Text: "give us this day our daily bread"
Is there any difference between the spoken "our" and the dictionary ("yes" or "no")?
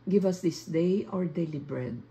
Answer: no